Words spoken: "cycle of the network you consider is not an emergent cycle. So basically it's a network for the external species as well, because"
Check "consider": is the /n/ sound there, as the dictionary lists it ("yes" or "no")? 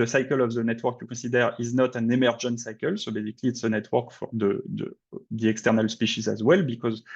no